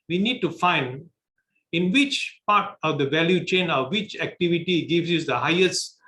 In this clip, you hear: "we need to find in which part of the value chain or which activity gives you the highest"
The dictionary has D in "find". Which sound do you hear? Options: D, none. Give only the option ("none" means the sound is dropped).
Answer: D